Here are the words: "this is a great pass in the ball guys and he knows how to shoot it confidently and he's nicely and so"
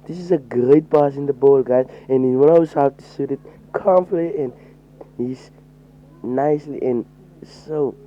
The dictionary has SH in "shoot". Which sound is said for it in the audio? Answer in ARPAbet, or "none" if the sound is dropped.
S